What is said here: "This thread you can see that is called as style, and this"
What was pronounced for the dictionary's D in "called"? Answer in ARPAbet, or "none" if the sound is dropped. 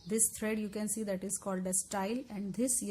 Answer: D